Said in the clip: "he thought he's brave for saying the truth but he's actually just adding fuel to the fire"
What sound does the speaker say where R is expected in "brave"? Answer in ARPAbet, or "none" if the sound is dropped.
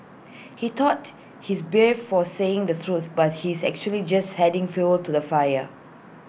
none